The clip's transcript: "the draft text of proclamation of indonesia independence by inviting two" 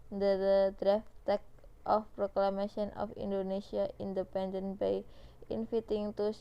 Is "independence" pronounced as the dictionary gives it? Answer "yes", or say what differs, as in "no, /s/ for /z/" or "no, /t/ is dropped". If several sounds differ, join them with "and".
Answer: no, /s/ is dropped